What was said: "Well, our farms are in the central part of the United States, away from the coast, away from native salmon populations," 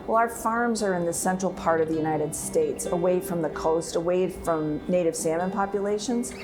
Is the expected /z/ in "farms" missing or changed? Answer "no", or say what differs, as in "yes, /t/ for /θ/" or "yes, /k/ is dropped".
no